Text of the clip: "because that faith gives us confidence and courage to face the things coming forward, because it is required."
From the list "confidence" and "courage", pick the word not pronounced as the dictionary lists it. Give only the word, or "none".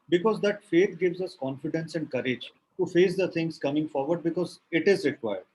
none